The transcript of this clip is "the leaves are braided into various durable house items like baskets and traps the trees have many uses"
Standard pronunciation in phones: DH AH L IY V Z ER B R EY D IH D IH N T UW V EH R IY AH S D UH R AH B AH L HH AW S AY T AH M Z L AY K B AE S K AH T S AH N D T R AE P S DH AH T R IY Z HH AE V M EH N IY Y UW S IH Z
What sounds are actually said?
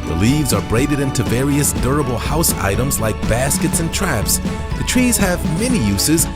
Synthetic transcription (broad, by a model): DH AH L IY V Z ER B R EY D IH D IH N T UW V EH R IY AH S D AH R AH B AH L HH AW S AY T AH M Z L AY K B AE S K AH T S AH N T R AE P S DH AH T R IY Z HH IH V M EH N IY Y UW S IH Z